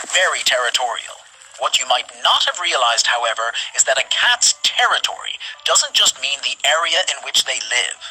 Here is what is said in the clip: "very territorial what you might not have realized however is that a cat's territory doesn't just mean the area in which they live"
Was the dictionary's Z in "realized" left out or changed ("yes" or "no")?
no